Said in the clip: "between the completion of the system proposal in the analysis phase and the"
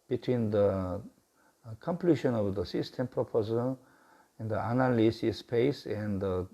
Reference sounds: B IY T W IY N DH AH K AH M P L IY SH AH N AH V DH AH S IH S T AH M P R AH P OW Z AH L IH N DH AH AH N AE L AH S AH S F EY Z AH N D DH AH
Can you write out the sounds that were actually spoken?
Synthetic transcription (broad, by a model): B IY T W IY N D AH K AH M P L IY SH AH N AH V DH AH S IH S T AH M P R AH P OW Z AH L IH N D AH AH N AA L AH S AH S P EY S AH N D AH